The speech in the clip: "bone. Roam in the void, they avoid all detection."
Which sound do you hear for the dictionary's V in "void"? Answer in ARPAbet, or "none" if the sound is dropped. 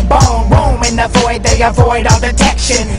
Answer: V